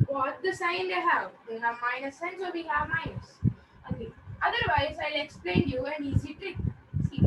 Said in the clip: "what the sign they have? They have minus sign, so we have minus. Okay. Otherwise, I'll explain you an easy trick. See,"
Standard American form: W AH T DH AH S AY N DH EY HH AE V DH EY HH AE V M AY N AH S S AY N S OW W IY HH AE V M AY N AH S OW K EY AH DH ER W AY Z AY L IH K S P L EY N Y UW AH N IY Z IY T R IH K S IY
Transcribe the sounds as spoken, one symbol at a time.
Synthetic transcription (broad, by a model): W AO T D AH S AY N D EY HH AE V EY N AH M AY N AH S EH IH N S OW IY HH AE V M AY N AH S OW EY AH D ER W AY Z AY L IH K S P L EY N Y UW AH N IY Z IY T IH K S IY